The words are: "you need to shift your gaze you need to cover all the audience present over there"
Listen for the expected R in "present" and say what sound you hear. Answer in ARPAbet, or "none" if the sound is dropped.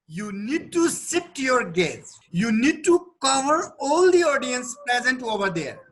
R